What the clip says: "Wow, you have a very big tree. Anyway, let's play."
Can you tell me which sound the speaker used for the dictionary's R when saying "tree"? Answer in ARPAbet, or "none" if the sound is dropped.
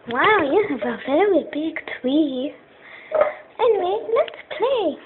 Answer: W